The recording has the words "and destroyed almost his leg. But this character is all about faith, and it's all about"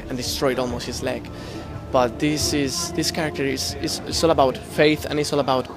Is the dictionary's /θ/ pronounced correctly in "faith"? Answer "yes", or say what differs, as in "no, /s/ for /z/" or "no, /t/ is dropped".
yes